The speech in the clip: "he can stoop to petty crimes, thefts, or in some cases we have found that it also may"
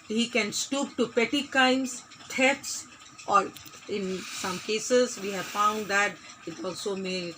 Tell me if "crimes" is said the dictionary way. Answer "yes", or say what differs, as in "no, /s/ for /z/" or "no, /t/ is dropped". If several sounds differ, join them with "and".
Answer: no, /ɹ/ is dropped